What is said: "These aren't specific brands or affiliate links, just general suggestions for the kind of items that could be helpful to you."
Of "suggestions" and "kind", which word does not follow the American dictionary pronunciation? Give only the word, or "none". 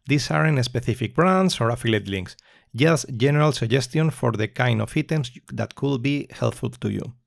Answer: suggestions